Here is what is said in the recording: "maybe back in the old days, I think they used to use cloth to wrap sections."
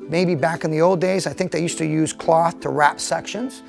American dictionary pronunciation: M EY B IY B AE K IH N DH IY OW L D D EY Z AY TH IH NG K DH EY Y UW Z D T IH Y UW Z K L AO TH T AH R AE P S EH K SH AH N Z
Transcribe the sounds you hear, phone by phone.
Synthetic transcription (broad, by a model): M EY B IY B AE K IH N DH IY OW L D D EY Z AY TH IH NG K DH EY Y UW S T IH Y UW Z K L AO TH T AH R AE P S EH K SH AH N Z